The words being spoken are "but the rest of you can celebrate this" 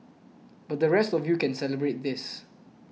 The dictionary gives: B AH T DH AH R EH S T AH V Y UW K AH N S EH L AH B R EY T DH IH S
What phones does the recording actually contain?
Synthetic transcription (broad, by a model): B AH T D AH R EH S T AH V Y UW K AH N S EH L AH B R EY T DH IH S